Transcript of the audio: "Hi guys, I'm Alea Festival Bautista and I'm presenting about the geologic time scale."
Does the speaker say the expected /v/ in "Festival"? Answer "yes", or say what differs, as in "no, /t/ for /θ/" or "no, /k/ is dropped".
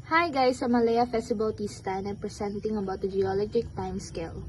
no, /b/ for /v/